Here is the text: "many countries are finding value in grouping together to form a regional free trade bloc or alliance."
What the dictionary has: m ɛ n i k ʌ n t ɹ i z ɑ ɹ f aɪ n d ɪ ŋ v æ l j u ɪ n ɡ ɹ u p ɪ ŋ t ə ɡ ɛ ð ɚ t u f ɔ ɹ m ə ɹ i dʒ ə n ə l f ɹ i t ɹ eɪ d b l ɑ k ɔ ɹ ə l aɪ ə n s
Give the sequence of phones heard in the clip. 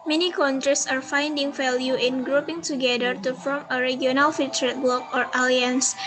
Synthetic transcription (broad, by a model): m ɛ n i k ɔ n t ɹ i s ɑ ɹ f aɪ n d ɪ ŋ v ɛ l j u ɪ n ɡ ɹ u p ɪ ŋ t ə ɡ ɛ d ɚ t u f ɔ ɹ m ə ɹ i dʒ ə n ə l f i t ɹ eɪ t b l ɑ k ɔ ɹ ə l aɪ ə n s